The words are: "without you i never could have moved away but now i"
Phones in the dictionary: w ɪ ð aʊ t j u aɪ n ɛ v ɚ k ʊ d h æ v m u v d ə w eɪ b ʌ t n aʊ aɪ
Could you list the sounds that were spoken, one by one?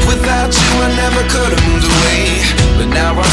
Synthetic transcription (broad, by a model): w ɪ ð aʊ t aɪ n ɛ v ɚ k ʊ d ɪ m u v ə w eɪ b ʌ t n aʊ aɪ